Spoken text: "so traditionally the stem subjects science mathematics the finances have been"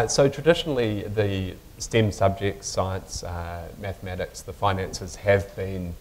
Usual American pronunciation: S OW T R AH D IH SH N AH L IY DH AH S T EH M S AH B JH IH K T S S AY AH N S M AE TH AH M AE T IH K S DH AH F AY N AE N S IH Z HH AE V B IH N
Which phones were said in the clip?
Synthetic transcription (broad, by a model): S OW T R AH D IH SH N L IY DH AH S T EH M S AH B JH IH K T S S AY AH N S M AE TH AH M AE T IH K S DH AH F AY N AE N S IH Z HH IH V B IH N